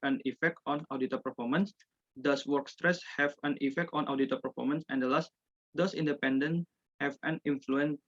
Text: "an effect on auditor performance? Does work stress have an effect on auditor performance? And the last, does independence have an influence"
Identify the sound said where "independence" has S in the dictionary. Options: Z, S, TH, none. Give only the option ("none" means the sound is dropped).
none